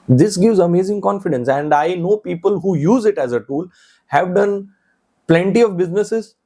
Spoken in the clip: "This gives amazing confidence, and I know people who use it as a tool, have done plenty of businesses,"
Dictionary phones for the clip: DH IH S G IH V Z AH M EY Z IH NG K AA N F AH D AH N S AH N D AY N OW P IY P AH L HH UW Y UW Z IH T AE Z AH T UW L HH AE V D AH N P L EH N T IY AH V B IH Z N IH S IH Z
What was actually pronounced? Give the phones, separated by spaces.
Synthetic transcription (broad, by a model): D IH S G IH V Z AH M EY Z IH NG K AA N F AH D AH N S AH N D AY N OW P IY P AH L HH UW Y UW Z IH T AE Z AH T UW L HH AE V D AH N P L EH N T IY AH V B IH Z N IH S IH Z